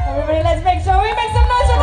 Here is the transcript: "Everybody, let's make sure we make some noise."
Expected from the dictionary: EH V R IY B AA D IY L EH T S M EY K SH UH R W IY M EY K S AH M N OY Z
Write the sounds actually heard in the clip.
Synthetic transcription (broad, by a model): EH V R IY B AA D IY L EH T S M EY K S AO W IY M EY K S AH M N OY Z